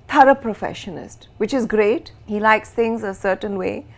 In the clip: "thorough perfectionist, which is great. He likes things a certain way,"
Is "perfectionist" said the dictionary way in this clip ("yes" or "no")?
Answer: no